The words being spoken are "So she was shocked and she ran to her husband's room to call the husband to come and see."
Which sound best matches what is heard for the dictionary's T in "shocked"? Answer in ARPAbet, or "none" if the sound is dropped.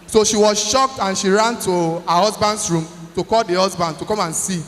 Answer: T